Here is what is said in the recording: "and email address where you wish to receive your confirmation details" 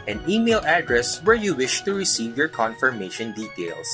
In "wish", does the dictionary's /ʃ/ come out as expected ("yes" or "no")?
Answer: yes